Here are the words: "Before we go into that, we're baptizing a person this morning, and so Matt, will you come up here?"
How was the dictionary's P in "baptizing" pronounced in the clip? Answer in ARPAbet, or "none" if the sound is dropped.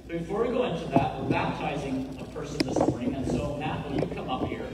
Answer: P